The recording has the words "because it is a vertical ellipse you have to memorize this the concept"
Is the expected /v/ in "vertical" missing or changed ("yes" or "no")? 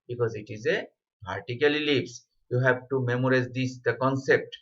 yes